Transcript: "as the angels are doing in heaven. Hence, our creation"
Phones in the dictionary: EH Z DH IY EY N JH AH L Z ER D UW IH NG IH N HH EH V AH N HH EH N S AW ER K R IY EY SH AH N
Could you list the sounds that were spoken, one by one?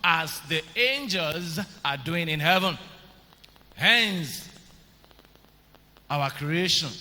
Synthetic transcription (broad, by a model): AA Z DH IY EY N JH AH L Z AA D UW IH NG IH N HH EH V AH N HH EH N S AW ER K R IY EY SH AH N